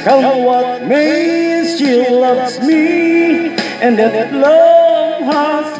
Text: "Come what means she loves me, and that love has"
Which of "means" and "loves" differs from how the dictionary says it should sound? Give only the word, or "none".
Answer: means